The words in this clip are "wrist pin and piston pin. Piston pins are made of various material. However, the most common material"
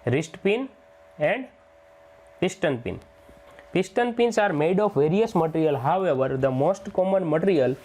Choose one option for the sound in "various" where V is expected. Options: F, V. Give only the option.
V